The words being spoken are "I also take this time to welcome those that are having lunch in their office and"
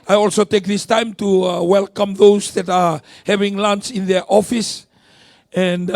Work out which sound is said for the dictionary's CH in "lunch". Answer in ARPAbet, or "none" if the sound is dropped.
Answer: S